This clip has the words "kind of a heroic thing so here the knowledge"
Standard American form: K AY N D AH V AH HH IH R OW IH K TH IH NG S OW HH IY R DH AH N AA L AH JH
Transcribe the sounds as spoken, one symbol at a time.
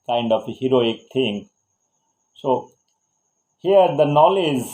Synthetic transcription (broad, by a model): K AY N D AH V HH IH R OW IH K T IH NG S OW HH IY R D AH N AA L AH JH